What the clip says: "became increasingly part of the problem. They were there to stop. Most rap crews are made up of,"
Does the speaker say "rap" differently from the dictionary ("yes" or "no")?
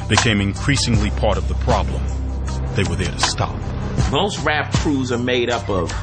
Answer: no